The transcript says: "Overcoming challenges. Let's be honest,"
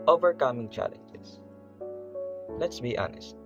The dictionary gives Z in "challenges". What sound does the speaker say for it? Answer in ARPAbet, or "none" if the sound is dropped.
S